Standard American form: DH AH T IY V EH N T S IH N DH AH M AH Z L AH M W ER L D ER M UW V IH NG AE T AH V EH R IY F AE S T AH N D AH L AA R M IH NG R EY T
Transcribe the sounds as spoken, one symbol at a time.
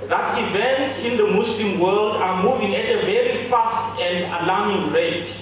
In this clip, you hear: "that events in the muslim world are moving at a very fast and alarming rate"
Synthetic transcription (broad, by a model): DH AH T IY V EH N T S IH N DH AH M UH S L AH M W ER L D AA M UW V IH NG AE T AH V EH R IY F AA S T AH N D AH L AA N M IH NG R EY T